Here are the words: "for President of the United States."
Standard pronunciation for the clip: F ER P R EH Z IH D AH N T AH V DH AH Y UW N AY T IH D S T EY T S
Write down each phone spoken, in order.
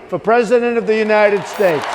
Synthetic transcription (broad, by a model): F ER P R EH Z IH D AH N T AH V DH AH Y UW N AY T IH D S T EY T S